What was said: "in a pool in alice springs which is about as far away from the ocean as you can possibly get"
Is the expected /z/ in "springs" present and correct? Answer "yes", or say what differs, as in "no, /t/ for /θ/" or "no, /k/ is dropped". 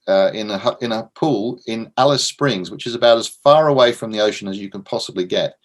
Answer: yes